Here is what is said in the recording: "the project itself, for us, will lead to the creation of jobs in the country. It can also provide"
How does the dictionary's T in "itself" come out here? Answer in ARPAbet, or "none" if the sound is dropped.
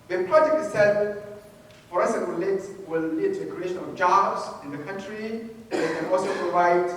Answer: S